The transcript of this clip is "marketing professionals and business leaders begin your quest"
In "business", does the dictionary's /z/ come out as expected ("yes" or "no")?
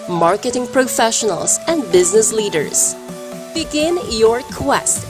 yes